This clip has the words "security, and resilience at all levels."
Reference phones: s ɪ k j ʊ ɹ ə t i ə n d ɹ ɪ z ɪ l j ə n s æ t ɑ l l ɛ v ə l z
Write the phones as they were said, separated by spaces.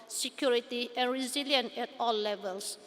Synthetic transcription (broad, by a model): s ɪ k j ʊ ɹ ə t i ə n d ɹ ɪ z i l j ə n ɛ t ɑ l l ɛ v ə l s